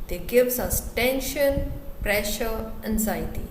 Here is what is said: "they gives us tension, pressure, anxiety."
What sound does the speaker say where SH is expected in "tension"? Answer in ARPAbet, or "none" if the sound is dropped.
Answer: SH